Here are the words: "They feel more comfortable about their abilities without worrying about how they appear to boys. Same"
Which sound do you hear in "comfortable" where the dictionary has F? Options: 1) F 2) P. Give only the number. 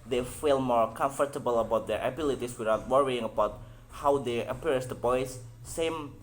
1